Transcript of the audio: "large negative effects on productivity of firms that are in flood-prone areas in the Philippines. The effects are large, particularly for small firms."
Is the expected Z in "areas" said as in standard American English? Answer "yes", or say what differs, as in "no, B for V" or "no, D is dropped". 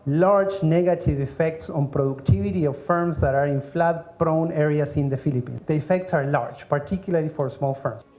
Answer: no, S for Z